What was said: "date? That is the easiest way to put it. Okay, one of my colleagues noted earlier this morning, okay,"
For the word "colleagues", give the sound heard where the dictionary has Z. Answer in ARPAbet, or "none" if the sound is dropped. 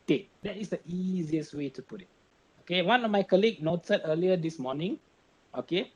none